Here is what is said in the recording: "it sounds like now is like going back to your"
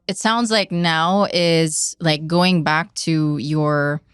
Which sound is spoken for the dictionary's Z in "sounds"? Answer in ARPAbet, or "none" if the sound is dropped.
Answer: Z